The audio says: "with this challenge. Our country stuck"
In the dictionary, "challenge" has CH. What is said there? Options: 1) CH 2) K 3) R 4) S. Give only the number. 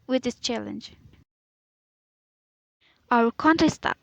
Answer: 1